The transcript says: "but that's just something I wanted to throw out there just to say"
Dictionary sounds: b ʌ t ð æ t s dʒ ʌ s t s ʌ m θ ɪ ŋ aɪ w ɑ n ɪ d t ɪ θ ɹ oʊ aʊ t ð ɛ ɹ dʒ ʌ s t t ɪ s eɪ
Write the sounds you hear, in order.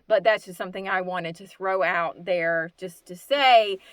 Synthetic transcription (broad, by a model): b ʌ t ð æ t s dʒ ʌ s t s ʌ m θ ɪ ŋ aɪ w ɑ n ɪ d t ɪ θ ɹ oʊ aʊ t ð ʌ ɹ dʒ ʌ s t t ɪ s eɪ